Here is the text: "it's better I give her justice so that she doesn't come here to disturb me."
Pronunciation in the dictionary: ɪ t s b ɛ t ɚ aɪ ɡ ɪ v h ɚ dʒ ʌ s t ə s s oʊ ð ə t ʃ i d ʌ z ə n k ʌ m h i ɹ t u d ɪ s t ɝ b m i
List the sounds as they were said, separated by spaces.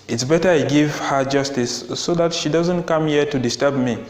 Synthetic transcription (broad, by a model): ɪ t s b ɛ t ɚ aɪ ɡ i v h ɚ dʒ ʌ s t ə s s oʊ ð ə t ʃ i d ʌ z ə n k ʌ m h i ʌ t u d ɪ s t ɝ b m i